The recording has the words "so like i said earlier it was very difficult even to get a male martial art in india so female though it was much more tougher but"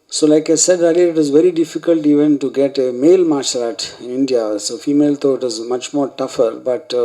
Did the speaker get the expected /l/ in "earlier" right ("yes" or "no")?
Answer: no